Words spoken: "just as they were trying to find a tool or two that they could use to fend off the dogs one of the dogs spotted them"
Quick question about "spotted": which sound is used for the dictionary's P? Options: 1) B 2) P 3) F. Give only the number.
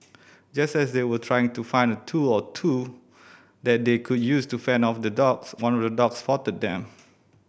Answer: 3